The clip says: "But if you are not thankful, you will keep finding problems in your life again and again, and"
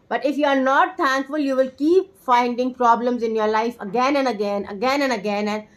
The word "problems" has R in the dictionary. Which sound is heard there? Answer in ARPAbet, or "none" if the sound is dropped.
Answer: R